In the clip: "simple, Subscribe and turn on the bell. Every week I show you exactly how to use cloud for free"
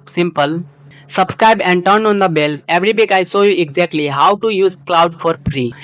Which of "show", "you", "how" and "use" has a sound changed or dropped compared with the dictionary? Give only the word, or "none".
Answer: show